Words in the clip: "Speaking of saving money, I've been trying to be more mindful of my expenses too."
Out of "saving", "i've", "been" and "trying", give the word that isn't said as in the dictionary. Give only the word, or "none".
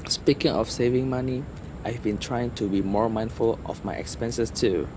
none